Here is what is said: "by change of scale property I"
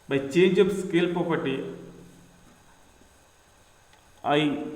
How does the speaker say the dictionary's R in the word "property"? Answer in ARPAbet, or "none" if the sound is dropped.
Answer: none